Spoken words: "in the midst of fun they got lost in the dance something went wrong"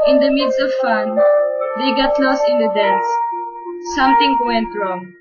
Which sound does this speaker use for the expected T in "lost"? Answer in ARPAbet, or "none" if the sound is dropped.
none